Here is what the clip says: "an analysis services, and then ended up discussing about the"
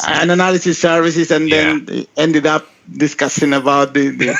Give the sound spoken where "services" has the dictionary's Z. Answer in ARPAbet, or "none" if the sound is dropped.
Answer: S